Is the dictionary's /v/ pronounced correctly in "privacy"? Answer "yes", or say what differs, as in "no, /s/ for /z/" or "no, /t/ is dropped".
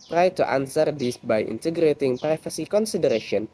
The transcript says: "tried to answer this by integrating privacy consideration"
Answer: no, /f/ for /v/